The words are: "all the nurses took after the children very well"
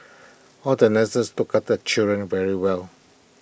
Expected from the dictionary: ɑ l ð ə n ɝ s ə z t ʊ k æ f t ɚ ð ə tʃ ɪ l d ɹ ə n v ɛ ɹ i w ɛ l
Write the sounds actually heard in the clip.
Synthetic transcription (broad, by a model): ɑ l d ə n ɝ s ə s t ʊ k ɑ t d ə tʃ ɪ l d ɹ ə n v ɛ ɹ i w ɛ l